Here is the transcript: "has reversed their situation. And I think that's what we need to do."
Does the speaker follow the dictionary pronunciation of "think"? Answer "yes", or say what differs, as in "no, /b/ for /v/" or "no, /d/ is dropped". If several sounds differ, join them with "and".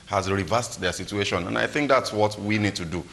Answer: yes